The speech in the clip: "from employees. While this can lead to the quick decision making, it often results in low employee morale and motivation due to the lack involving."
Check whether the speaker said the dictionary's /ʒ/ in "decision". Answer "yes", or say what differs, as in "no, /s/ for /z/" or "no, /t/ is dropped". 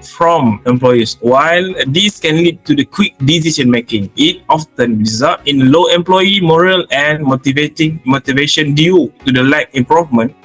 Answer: no, /ʃ/ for /ʒ/